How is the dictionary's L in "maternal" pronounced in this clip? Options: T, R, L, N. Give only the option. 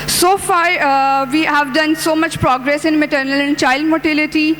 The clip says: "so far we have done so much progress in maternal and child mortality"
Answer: L